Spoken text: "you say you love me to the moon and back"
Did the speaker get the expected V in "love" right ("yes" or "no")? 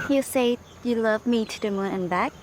yes